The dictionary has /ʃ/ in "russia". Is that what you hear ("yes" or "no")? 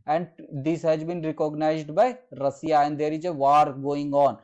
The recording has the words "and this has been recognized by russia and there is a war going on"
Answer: no